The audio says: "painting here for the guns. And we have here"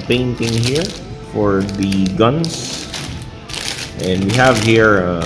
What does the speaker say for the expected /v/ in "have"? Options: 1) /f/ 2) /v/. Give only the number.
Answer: 2